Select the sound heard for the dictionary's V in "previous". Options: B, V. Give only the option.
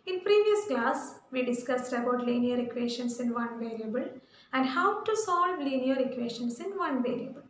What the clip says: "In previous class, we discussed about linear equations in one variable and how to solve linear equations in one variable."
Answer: V